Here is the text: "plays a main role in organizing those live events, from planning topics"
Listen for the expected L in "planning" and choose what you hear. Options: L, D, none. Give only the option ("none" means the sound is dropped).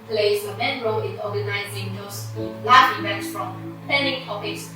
none